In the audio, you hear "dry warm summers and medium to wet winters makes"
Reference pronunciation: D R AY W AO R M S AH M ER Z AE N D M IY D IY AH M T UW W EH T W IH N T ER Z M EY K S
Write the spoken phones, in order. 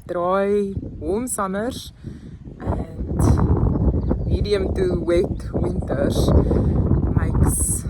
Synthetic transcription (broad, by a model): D R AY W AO L M S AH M ER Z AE N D M IY D IY AH M T UW W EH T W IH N T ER M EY K S